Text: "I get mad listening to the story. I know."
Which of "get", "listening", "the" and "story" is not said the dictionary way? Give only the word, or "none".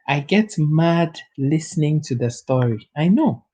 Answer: none